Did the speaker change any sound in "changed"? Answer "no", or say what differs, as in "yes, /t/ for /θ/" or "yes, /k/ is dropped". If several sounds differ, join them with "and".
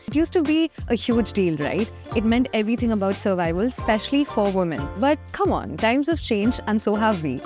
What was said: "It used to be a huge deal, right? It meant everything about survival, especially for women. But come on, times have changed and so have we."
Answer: yes, /d/ is dropped